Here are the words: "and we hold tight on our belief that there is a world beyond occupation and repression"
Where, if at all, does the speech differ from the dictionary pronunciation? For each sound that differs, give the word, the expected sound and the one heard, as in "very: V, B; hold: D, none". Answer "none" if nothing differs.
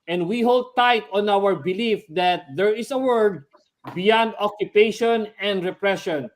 is: Z, S; world: L, none